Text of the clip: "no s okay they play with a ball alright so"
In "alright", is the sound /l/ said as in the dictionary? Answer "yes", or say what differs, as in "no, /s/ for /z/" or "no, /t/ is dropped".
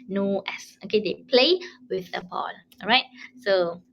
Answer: no, /l/ is dropped